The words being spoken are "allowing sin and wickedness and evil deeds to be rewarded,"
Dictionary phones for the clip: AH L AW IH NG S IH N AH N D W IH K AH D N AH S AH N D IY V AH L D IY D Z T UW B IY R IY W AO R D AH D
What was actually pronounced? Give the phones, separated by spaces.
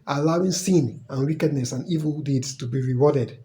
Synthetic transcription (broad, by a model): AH L AW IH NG S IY N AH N W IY K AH D N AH S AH N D IY V AH L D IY D S T UW B IY R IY W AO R D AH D